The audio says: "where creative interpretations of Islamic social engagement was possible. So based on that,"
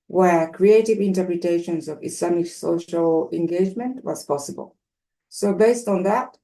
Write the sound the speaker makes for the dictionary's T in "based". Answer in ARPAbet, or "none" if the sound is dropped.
T